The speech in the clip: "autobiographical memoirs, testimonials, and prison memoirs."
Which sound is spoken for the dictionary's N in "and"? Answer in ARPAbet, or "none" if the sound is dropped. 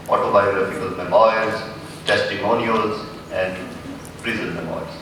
N